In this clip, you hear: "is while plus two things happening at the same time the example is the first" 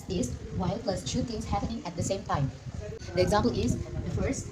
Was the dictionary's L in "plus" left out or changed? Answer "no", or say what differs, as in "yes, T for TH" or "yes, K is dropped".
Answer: no